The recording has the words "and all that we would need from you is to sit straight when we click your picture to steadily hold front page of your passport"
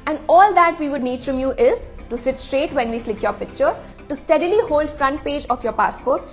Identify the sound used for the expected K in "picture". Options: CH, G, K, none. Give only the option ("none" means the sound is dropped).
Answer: K